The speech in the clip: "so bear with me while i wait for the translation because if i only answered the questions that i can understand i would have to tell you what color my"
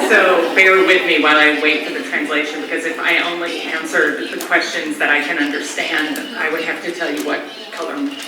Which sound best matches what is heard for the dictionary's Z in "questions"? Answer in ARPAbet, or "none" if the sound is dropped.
Z